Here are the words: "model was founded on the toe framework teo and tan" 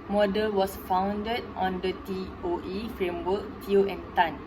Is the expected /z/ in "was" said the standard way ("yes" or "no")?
no